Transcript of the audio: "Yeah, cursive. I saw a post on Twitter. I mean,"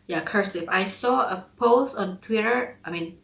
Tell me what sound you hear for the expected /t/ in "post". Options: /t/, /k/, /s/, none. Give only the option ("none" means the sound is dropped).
none